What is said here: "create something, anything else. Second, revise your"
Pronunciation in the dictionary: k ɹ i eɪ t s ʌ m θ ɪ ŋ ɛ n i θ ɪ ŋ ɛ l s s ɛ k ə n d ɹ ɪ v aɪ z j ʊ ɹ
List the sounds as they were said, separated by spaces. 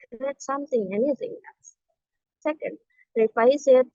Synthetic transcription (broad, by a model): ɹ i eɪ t s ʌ m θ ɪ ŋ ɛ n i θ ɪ ŋ ɛ l s s ɛ k ə n d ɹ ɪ f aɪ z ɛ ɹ